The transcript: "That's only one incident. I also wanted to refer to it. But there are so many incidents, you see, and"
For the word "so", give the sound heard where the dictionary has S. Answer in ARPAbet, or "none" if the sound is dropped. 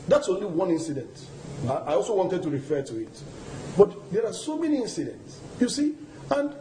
S